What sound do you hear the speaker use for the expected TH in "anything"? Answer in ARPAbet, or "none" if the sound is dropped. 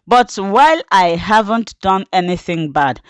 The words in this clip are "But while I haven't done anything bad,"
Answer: TH